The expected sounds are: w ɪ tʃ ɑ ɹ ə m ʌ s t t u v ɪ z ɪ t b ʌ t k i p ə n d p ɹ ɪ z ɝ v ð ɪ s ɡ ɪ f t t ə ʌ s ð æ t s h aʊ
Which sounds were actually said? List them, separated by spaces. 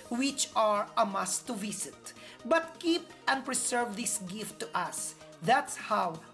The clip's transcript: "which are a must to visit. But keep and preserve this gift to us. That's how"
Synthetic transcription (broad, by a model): w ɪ tʃ ɑ ɹ ə m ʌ s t t u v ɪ s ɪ t b ʌ t k i p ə n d p ɹ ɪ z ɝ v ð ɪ s ɡ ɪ f t t ə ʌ s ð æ t s h aʊ